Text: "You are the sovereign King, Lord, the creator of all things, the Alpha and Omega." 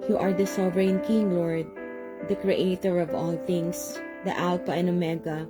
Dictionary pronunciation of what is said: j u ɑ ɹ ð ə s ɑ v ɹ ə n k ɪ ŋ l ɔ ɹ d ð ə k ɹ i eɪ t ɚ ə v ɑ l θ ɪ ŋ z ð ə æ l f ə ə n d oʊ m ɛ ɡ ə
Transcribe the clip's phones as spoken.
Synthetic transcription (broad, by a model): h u ɑ ɹ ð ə s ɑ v ɹ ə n k ɪ ŋ l ɔ ɹ d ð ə k ɹ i eɪ t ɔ ə v ɑ l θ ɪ ŋ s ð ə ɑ l p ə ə n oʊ m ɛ ɡ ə